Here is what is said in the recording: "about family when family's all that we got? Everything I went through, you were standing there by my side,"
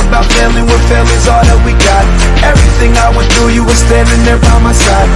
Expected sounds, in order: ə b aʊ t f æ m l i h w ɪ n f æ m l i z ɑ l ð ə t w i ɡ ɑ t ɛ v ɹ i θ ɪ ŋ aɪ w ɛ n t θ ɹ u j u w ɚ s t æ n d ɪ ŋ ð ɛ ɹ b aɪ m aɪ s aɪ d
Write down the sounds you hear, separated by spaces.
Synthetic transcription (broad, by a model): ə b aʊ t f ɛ l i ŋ w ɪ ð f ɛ l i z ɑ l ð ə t w i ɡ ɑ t ɛ v ɹ i θ ɪ ŋ aɪ w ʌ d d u j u w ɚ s t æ n d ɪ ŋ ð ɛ ɹ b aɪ m aɪ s aɪ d